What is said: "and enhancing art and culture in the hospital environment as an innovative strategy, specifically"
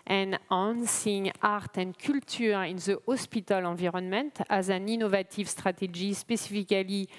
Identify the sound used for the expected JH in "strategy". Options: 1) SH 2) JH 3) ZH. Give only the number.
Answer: 3